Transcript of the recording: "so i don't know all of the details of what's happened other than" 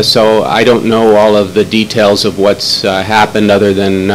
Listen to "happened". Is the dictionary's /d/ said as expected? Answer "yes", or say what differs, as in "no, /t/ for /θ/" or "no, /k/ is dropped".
yes